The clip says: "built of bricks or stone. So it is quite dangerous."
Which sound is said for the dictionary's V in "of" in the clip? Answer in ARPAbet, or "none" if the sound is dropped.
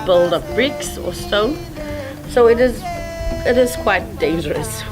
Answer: P